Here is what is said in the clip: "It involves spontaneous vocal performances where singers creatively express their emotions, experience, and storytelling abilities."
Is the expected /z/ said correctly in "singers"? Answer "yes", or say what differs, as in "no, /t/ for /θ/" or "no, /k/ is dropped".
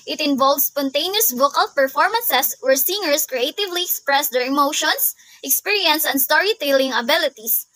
no, /s/ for /z/